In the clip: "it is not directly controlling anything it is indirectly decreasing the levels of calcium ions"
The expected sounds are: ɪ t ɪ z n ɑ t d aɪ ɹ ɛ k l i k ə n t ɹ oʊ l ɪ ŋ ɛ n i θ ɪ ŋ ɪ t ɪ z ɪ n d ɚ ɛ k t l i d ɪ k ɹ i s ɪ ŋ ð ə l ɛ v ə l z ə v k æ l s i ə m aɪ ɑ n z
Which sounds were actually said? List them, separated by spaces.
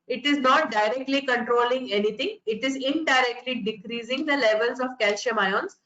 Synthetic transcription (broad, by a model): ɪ t ɪ z n ɑ t d aɪ ɹ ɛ k l i k ə n t ɹ oʊ l ɪ ŋ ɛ n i t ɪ ŋ ɪ t ɪ z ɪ n d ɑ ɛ k t l i d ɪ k ɹ i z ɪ ŋ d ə l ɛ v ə l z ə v k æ l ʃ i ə m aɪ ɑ n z